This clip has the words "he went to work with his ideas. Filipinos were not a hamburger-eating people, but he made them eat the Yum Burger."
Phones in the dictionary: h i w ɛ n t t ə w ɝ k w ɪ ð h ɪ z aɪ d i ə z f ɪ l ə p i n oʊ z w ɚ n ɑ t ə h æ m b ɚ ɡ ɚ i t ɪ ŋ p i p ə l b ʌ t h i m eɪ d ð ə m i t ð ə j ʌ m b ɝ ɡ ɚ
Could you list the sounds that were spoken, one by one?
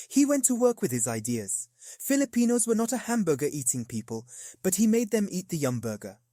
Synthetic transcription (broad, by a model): h i w ɛ n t t ə w ɝ k w ɪ ð ɪ z aɪ d i ə z f ɪ l ə p i n oʊ z w ɚ n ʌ t ə h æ m b ɚ ɡ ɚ i t ɪ ŋ p i p ə l b ʌ t h i m eɪ d ð ə m i t ð ə j ʌ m b ɝ ɡ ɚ